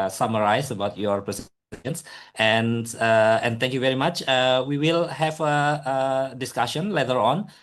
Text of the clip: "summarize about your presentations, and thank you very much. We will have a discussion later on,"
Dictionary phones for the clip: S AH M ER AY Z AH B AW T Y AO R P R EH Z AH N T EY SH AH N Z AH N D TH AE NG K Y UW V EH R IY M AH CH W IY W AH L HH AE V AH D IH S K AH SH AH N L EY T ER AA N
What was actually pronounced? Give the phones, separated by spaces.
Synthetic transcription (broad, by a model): S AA M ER AY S AH B AW T Y AO R P R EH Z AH N S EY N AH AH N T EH NG K Y UW V EH R IY M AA CH W IY W AH L HH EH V AH D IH S K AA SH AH N L EY T ER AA N